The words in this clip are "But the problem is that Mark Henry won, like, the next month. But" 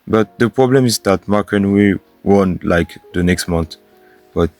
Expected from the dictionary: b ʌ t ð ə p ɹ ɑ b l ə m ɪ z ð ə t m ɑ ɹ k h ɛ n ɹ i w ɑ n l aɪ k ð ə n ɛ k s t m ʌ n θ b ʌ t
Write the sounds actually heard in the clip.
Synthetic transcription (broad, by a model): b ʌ t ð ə p ɹ ɑ b l ə m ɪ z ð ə t m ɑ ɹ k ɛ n w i w ɑ n l aɪ k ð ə n ɛ k s t m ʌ n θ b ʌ t